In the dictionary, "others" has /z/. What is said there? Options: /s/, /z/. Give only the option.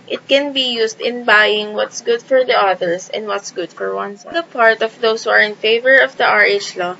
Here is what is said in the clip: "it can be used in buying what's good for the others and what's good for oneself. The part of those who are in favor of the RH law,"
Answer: /s/